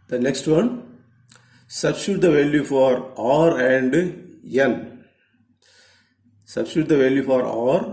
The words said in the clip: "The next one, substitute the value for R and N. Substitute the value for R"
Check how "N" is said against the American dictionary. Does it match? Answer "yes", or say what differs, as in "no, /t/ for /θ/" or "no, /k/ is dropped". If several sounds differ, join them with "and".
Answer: no, /l/ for /n/